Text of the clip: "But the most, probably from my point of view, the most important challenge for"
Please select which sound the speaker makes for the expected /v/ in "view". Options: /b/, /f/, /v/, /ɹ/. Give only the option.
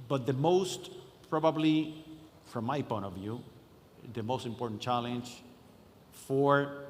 /v/